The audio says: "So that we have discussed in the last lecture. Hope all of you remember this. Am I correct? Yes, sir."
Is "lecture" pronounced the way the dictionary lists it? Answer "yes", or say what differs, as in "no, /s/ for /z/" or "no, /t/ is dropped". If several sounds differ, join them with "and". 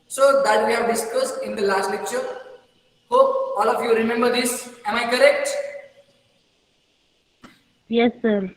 yes